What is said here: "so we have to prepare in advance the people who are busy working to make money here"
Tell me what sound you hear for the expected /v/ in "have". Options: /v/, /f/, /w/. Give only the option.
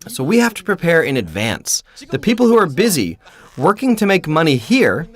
/f/